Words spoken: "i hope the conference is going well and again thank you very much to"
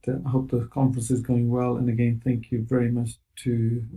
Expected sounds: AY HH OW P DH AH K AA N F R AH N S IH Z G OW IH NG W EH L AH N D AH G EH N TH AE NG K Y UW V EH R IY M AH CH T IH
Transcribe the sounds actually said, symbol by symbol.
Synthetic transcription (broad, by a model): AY HH OW P DH AH K AA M F R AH N S IH Z G OW IH NG W EH L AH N AH G EH N TH AE NG K Y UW V EH R IY M AH CH T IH